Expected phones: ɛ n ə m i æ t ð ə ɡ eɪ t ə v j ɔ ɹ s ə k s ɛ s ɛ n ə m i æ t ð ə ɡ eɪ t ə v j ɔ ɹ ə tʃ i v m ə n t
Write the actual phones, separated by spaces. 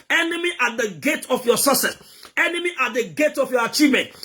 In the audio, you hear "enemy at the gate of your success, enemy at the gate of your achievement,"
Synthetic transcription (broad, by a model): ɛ n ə m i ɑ t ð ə ɡ eɪ t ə f j ɔ s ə s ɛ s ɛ n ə m i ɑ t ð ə ɡ eɪ t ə f j ɔ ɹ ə tʃ i v m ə n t